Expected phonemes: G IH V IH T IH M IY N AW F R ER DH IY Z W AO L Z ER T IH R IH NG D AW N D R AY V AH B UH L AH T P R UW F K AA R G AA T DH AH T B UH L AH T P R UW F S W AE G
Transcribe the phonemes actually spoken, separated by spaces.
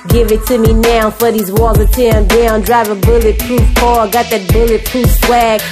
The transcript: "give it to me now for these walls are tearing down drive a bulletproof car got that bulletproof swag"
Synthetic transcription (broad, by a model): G IH V IH T IH M IY N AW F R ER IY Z W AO Z ER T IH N D AW N D R AY V AH B UH L AH T P R UW F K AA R G AA T DH AH T B UH L AH T P R UW F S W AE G